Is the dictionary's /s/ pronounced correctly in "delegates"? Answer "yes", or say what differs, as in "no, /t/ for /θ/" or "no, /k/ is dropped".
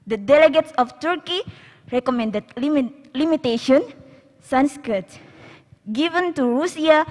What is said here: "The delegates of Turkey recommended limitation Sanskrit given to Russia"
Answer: yes